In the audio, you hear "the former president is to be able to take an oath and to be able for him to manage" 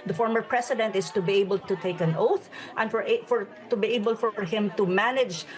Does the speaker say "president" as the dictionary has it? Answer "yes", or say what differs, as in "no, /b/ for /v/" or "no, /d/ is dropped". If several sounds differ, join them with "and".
no, /s/ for /z/